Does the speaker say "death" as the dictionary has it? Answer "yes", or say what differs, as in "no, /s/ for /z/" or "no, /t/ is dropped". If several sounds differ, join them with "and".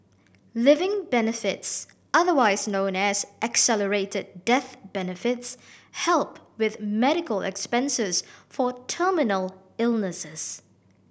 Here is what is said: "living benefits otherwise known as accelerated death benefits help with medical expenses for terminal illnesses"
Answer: yes